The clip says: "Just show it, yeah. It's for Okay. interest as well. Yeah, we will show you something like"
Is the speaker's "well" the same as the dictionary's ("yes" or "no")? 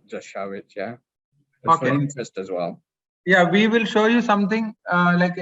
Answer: yes